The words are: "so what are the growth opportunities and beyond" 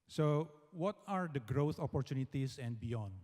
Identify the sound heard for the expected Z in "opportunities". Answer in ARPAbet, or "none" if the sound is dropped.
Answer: S